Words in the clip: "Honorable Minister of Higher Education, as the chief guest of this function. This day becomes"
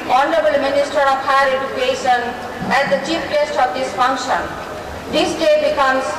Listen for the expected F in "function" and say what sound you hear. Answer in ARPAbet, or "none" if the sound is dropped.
F